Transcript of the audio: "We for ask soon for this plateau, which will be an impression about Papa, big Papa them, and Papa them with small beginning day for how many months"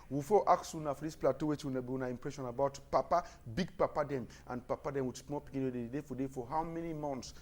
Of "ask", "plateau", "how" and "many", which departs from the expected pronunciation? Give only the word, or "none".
ask